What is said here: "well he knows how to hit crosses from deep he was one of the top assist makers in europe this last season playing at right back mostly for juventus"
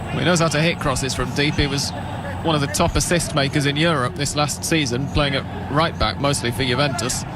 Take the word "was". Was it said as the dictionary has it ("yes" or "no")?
yes